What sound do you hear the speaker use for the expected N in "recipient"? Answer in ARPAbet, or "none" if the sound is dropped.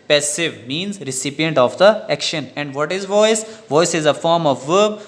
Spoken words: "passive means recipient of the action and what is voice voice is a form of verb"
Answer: N